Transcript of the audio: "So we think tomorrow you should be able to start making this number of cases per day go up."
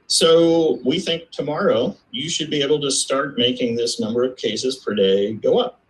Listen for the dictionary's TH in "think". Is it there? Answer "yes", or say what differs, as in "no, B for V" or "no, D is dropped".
yes